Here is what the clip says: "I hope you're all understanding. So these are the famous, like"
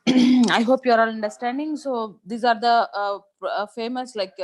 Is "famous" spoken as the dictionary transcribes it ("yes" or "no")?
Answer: yes